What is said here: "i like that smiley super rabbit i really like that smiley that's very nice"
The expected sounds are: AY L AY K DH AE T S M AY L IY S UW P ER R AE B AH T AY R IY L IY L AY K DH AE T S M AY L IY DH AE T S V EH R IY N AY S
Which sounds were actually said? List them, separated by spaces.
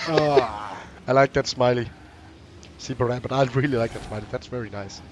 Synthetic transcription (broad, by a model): AY L AY K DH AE T S M AY L IY S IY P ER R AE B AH T AY R IY L IY L AY K DH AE T S M AY L IY DH AE T S V EH R IY N AY S